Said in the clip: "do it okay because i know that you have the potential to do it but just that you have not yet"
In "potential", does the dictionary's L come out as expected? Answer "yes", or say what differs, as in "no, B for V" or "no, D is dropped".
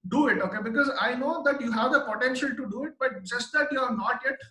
yes